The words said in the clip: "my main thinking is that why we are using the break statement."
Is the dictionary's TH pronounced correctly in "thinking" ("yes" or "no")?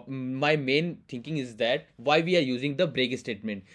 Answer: no